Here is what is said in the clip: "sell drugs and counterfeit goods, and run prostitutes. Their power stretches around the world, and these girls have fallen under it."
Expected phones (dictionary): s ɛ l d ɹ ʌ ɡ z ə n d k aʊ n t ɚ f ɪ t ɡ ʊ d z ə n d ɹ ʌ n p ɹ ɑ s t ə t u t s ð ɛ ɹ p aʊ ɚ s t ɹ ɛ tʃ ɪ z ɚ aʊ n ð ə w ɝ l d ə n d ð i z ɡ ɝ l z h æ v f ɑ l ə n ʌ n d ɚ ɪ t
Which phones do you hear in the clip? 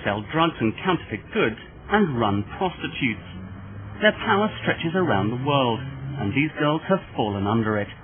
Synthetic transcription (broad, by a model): s ɛ l d ɹ ʌ ɡ z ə n k aʊ n t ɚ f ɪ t ɡ ʊ d z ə n ɹ ʌ n p ɹ ɑ s t ə t u t s ð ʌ ɹ p aʊ ɚ s t ɹ ɛ tʃ ɪ z ɚ aʊ n ð ə w ɝ l d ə n ð i z ɡ ɝ l z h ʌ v f ɑ l ə n ʌ n d ɚ ɪ t